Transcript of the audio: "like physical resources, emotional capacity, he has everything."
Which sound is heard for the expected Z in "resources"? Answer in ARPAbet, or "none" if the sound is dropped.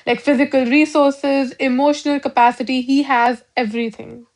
Z